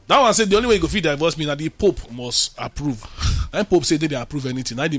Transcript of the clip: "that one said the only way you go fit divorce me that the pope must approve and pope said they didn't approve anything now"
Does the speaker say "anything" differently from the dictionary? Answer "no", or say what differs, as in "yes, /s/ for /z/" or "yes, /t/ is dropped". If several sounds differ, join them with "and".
yes, /t/ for /θ/